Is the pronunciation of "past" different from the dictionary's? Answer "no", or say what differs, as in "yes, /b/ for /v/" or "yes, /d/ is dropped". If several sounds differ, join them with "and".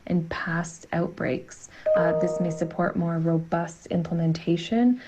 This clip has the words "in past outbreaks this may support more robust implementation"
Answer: no